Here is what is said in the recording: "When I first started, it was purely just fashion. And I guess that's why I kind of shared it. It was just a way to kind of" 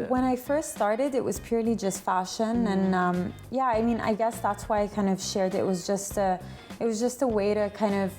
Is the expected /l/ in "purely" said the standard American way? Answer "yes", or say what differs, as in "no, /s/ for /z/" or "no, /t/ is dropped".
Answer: yes